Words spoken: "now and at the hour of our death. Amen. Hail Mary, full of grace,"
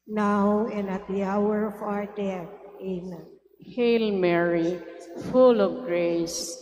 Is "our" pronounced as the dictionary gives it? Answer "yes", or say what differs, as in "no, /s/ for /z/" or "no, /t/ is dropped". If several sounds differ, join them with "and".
yes